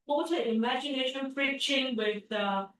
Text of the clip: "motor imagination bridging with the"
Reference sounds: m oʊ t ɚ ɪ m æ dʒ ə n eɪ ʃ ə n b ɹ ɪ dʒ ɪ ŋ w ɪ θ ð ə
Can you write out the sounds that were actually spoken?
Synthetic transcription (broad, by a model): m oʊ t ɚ ɪ m æ dʒ ə n eɪ ʃ ə n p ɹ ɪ tʃ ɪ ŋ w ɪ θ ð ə